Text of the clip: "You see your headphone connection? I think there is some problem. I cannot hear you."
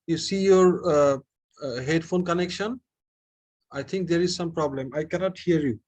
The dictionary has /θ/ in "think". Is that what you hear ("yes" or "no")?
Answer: no